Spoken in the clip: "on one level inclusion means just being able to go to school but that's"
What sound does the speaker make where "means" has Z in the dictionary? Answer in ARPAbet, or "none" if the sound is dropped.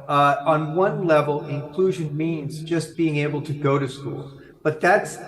Z